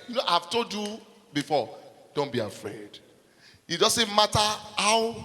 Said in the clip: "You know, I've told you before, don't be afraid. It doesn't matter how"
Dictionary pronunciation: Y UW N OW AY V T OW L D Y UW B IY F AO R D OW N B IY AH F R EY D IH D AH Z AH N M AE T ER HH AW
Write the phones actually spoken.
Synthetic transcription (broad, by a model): Y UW N OW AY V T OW D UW B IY F AO D OW N B IY AH F R EY D IH D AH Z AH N M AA T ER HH AW